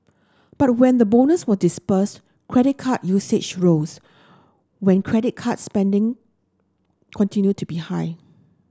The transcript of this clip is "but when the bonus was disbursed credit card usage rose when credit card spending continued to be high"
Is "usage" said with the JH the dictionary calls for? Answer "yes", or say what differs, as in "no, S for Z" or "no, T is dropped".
no, CH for JH